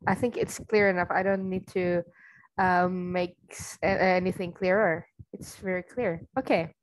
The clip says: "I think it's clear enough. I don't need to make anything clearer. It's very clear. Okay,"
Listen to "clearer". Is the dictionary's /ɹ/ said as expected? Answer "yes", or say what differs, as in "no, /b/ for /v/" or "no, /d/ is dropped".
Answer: yes